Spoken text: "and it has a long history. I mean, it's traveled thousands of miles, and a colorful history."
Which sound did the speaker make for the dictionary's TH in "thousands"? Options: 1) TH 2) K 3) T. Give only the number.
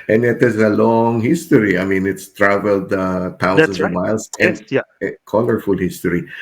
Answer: 3